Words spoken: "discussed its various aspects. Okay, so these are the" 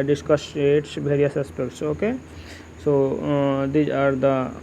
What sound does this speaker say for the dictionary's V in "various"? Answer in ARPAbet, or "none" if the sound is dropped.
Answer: B